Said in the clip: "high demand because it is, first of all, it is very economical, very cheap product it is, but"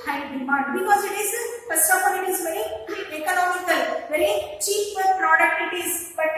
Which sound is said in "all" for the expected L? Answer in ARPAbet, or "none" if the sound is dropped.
N